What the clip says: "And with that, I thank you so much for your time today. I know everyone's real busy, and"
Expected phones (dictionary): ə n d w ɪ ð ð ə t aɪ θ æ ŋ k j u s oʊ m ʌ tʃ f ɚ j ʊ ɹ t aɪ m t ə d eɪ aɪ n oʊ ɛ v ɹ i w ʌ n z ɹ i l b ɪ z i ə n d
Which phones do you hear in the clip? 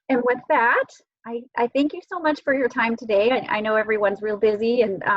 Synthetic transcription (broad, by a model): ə n w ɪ ð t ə t aɪ θ æ ŋ k j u s oʊ m ʌ tʃ f ɚ j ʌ ɹ t aɪ m t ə d eɪ aɪ n oʊ ɛ v ɹ i w ʌ n z ɹ i l b ɪ z i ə n